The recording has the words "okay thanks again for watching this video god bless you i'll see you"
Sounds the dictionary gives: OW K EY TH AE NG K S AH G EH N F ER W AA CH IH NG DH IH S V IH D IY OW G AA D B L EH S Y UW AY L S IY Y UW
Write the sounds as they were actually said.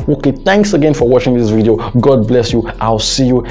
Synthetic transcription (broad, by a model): OW K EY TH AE NG K S AH G EH N F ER W AA CH IH NG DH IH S V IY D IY OW G AA D B L EH S Y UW AY L S IY Y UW